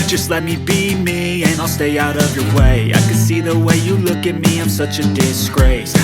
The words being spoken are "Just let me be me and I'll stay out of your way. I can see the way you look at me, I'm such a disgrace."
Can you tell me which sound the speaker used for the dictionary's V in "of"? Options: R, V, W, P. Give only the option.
V